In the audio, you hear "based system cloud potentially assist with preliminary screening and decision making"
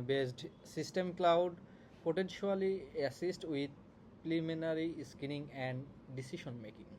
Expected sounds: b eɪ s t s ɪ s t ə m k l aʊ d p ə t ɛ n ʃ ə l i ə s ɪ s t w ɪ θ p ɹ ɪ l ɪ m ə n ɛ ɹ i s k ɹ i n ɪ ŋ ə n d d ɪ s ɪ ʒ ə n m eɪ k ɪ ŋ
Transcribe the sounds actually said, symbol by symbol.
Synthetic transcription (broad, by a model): b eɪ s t s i s t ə m k l aʊ d p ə t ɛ n ʃ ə l i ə s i s t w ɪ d p l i m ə n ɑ ɹ i s k i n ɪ ŋ ə n d d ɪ s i ʃ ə n m eɪ k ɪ ŋ